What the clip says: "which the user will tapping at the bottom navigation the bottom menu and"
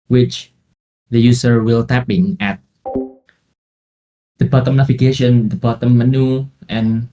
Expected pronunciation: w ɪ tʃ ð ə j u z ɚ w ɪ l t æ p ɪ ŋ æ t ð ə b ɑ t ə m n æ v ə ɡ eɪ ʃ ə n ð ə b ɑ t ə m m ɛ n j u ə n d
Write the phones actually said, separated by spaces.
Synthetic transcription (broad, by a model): w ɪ tʃ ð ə j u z ɚ w ɪ l t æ p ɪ ŋ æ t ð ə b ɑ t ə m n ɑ f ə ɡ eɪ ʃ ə n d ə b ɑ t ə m m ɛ n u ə n